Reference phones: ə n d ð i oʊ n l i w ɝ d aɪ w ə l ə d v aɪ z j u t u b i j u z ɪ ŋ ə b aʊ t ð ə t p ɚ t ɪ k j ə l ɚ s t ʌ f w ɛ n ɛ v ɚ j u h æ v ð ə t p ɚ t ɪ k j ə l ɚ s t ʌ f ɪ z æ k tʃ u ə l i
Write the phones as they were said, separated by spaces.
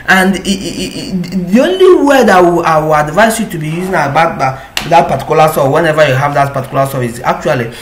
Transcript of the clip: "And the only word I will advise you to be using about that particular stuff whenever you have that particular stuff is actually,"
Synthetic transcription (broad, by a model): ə n d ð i oʊ n l i w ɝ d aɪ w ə w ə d v aɪ s j u t u b i j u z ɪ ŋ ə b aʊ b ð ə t p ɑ t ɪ k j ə l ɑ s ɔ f w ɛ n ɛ v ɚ j u h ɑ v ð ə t p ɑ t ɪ k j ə l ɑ s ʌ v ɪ s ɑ k tʃ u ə l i